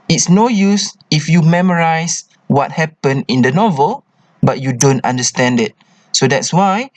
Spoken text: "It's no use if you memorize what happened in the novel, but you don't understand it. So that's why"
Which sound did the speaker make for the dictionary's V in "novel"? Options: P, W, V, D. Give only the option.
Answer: V